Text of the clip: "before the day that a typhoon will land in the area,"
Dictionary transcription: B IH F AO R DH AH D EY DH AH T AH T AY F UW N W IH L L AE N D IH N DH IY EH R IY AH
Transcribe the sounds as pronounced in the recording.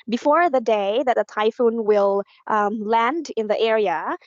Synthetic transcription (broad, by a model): B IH F AO R DH AH D EY DH AH T AH T AY F UW N W IH L L AE N D IH N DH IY EH R IY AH